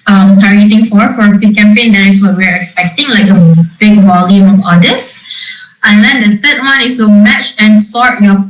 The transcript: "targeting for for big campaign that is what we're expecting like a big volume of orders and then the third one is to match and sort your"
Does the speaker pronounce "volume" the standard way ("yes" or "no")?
yes